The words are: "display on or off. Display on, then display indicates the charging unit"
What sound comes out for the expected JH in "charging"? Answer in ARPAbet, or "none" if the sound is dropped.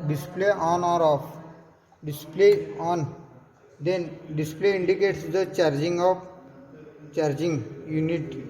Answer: JH